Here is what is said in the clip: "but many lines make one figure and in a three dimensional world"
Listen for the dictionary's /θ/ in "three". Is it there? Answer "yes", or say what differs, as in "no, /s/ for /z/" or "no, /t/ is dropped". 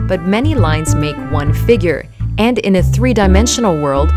yes